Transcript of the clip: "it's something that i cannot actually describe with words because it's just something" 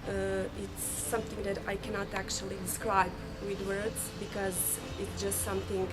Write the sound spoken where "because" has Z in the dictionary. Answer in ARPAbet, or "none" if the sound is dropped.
Z